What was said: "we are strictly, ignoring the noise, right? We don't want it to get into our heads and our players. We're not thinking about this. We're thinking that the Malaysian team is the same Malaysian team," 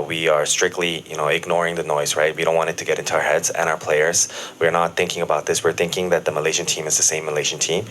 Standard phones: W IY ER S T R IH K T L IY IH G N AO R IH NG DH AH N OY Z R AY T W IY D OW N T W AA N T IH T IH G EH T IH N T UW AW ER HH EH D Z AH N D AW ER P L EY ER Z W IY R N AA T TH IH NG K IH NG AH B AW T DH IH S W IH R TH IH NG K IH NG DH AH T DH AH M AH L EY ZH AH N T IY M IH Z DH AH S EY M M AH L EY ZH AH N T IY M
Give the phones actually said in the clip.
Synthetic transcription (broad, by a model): W IY ER S T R IH K T L IY IH G N AO R IH NG DH AH N OY Z R AY T W IY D OW N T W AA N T IH T IH G EH T IH N T UW AW ER HH EH D Z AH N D AW ER P L EY ER Z W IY R N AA T TH IH NG K IH NG AH B AW T DH IH S W IH R TH IH NG K IH NG DH AH T DH AH M AH L EY ZH AH N T IY M IH Z DH AH S EY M M AH L EY ZH AH N T IY M